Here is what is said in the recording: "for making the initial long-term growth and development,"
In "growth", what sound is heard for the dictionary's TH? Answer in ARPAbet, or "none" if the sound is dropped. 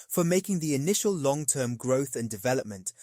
TH